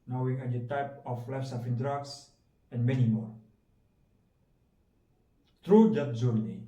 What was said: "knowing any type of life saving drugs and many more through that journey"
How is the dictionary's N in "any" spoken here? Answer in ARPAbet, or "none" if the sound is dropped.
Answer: none